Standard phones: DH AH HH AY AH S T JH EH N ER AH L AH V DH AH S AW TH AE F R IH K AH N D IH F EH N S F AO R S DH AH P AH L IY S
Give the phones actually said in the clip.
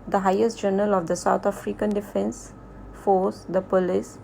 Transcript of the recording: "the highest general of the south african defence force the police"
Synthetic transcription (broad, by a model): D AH HH AY AH S T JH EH N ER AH L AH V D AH S AW T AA F R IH K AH N D IH F EH N S F AO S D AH P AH L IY S